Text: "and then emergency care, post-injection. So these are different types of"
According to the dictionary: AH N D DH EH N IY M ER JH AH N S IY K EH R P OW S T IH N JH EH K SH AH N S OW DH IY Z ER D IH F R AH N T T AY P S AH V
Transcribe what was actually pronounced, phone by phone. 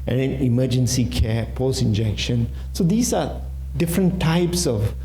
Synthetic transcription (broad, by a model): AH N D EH N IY M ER JH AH N S IY K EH P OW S IH N JH EH K SH AH N S OW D IY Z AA D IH F R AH N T T AY P S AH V